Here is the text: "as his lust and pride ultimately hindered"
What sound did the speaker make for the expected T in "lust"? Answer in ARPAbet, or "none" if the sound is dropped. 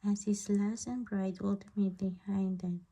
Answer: none